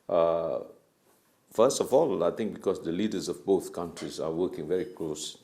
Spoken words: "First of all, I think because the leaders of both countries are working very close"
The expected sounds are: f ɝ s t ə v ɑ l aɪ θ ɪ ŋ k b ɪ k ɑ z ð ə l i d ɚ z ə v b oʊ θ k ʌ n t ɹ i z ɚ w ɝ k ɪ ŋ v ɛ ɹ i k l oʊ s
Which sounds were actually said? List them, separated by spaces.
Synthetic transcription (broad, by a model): f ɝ s t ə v ɑ l aɪ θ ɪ ŋ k b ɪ k ɑ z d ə l i d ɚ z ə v b oʊ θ k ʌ n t ɹ i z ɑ w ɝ k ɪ ŋ v ɛ ɹ i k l oʊ s